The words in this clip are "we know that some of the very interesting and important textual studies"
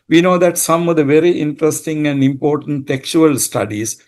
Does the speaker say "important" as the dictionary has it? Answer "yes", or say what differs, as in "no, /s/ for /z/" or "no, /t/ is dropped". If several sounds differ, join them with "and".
yes